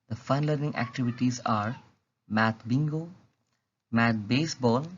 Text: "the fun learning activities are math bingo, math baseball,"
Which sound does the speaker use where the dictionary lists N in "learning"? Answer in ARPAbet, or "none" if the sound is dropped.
N